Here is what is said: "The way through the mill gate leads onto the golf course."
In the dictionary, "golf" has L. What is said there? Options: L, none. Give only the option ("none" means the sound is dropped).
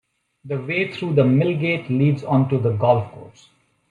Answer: L